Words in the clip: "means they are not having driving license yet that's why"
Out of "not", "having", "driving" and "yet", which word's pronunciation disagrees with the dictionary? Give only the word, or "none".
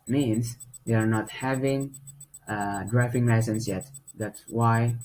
driving